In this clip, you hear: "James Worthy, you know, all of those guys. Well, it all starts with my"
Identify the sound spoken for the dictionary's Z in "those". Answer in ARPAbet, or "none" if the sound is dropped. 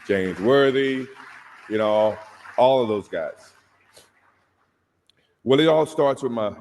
Z